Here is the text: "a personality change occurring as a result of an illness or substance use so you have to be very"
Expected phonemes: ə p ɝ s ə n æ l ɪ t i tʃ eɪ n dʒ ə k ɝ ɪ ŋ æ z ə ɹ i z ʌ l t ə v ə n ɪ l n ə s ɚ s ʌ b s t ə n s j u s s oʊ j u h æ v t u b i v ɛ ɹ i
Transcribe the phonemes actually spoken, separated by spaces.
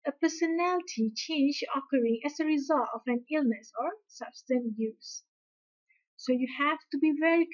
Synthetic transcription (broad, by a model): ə p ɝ s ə n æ l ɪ t i tʃ eɪ n dʒ ə k ɝ ɪ ŋ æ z ə ɹ i z ʌ l t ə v ə n ɪ l n ə s ɚ s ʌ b s t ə n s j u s s oʊ j u h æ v t u b i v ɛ ɹ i